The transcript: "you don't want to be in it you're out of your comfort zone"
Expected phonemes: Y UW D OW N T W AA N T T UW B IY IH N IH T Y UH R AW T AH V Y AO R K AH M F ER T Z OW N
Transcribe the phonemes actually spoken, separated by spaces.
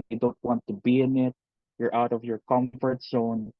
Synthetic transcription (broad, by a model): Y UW D OW N T W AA N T T UW B IY IH N IH T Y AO R AW T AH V Y AO R K AH M F ER T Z OW N